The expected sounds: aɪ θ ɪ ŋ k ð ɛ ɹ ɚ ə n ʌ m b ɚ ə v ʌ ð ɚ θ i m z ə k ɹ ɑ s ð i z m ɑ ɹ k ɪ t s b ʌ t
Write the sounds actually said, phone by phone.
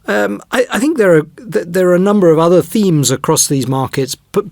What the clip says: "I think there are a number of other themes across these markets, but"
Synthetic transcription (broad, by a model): aɪ θ ɪ ŋ k ð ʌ ɹ ɚ ə n ʌ m b ɚ ə v ʌ ð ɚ θ i m z ə k ɹ ɑ s ð i z m ɑ ɹ k ɪ t s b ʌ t